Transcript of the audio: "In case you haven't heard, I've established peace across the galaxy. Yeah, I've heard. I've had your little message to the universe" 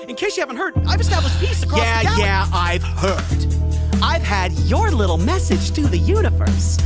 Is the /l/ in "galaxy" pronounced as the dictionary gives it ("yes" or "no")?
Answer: no